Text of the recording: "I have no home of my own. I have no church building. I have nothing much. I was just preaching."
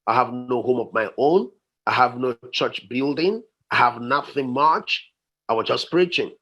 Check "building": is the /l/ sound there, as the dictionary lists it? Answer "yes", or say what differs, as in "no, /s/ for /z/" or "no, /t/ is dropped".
yes